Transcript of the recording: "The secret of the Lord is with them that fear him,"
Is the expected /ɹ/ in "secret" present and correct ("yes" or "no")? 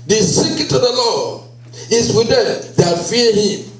no